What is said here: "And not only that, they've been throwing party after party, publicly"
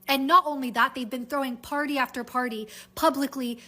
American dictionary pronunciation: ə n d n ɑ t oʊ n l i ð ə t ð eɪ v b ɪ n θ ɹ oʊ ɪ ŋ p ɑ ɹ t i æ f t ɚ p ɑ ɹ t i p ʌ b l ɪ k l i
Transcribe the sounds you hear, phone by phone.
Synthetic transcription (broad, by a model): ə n n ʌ t oʊ n l i ð ə t ð eɪ v b ɪ n θ ɹ oʊ ɪ ŋ p ɑ ɹ t i æ f t ɚ p ɑ ɹ t i p ʌ b l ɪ k l i